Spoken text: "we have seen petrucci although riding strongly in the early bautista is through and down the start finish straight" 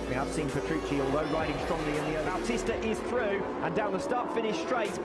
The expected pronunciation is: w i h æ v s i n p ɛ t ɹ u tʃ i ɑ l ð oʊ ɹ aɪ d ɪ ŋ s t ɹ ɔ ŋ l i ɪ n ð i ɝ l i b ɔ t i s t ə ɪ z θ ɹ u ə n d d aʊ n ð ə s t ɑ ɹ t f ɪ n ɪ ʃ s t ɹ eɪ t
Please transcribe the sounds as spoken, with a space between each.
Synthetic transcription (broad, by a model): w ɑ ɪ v s i n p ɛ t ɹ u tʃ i ɑ l ð oʊ ɹ aɪ d ɪ ŋ s t ɹ ɔ ŋ l i ɪ n ð i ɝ i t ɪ s t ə ɪ z θ ɹ u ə n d d aʊ n ð ə s t ɑ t f ɪ n ɪ ʃ s t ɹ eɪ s